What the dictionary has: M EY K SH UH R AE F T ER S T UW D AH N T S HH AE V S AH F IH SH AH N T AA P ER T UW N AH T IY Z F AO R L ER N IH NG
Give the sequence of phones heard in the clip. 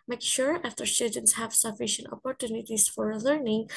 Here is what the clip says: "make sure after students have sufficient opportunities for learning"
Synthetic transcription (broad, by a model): M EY K SH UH R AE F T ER S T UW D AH N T S HH AE V S AH F IH SH AH N T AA P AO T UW N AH T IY S F AO R L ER N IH NG